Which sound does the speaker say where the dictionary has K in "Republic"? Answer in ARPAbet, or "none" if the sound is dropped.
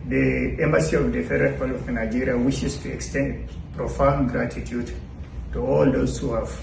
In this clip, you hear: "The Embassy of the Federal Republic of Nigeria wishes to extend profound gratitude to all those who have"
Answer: none